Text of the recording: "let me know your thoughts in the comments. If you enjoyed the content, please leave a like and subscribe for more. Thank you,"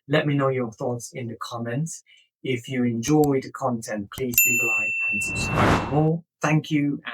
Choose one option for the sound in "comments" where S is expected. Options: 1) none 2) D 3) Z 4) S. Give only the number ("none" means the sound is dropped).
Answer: 1